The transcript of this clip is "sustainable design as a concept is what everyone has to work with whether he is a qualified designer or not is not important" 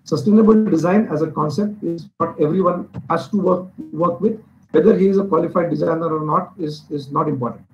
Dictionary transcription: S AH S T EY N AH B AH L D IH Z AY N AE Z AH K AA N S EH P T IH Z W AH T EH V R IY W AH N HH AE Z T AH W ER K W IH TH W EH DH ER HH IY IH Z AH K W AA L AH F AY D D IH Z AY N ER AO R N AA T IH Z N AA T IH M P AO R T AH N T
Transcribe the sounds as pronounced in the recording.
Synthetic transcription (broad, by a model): S AH S T EY N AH B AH L D IH Z AY N AE Z AH K AA N S EH P T IH Z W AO T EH V R IY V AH N HH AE S T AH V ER K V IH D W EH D ER HH IY IH Z AH K W AA L AH F AY D D IH Z AY N ER AO R N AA T IH Z N AA T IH M P AO R T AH N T